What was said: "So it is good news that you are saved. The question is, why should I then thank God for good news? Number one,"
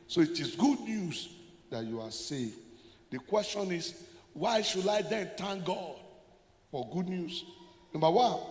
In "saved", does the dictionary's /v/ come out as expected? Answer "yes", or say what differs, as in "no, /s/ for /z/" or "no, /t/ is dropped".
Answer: no, /v/ is dropped